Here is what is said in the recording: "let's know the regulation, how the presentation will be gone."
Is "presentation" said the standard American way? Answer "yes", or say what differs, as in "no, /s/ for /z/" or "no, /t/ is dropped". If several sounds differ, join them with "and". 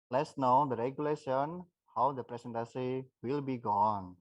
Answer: no, /s/ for /z/ and /s/ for /ʃ/